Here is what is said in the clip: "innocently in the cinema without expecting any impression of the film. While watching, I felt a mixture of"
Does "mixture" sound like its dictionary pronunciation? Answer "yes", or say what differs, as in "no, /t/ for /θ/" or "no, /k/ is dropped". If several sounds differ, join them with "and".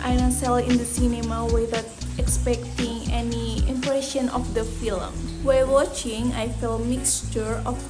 yes